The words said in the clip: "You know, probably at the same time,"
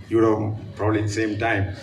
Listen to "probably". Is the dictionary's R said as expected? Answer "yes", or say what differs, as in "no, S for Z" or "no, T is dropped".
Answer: yes